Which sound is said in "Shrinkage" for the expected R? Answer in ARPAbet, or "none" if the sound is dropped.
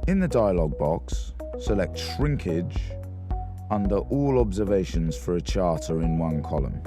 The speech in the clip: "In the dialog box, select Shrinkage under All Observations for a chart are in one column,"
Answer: R